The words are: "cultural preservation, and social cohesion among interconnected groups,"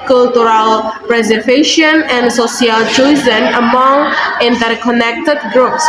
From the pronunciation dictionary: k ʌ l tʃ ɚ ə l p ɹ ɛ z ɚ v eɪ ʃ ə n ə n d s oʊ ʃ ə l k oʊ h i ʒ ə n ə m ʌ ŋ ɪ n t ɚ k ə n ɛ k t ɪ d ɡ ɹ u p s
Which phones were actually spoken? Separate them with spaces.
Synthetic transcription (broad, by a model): k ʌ l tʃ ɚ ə l p ɹ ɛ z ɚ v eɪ ʃ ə n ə n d s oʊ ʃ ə l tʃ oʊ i z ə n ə m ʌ ŋ ɪ n t ɚ k ə n ɛ k t ɪ d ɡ ɹ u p s